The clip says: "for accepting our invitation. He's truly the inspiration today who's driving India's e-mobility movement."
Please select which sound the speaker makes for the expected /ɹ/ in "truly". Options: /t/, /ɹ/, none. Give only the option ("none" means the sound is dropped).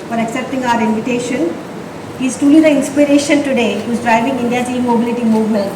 none